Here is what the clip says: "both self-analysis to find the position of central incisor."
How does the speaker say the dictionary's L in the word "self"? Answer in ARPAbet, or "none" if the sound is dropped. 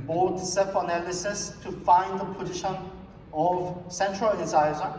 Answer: none